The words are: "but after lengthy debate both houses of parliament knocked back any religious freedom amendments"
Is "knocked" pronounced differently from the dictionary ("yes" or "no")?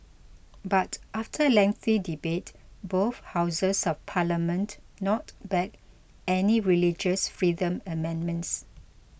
yes